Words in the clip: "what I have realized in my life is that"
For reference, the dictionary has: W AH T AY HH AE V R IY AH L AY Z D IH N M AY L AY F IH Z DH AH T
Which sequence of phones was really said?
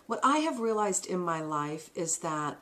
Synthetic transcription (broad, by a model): W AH T AY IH V R IY AH L AY Z D IH N M AY L AY F IH Z DH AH T